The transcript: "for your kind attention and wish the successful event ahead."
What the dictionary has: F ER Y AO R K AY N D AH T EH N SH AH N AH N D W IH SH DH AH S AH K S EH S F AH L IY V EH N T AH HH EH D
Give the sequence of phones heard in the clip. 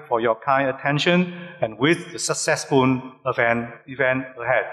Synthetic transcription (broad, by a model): F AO Y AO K AY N AH T EH N SH AH N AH N W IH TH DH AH S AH K S EH S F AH N IY V EH N T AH HH EH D